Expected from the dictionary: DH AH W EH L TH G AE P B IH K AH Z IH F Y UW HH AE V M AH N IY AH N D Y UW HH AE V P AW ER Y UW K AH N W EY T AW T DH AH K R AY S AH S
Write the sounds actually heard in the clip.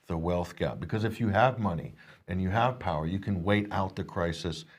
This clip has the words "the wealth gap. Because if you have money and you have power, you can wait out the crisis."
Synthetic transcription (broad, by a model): DH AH W EH L TH G AE P B IH K AH Z IH F Y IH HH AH V M AH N IY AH N Y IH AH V P AW ER Y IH K AH N W EY T AW T DH AH K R AY S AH S